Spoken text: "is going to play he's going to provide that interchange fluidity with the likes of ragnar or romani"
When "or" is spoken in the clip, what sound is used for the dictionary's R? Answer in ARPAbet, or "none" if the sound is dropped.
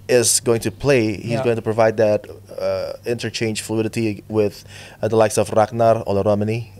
L